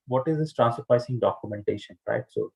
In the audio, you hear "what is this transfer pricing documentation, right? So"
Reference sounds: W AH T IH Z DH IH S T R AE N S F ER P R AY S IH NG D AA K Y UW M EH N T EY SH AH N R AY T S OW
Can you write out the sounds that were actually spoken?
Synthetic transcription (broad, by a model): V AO T IH Z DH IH S T R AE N S ER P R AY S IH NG D AA K Y UW M EH N T EY SH AH N R AY T S OW